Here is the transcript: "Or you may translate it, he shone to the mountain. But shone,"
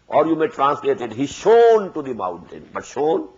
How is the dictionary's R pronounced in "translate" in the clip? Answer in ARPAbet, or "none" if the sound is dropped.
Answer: R